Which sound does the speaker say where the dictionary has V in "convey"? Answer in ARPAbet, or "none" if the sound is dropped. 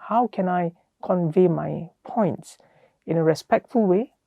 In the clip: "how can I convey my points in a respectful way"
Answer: V